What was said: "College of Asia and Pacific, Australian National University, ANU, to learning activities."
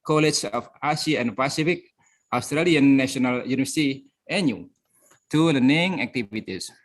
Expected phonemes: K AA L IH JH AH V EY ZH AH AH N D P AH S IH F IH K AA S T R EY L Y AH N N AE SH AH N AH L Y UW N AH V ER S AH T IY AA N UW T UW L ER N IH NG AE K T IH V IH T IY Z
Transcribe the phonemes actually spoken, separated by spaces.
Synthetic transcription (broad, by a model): K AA L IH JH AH F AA S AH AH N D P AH S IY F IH K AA S T R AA L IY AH N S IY AH N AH L Y UW N AH V ER S AH T IY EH N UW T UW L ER N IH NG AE K T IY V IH T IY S